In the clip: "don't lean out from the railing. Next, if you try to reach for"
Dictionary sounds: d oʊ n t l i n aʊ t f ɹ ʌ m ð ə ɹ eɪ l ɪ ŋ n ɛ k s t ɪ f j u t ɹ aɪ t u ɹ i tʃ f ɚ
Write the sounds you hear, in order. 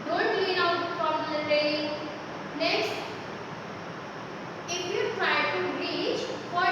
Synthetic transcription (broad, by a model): d oʊ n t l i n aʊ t p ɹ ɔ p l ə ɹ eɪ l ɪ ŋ n ɛ k s t ɪ f j u t ɹ aɪ t u ɹ i tʃ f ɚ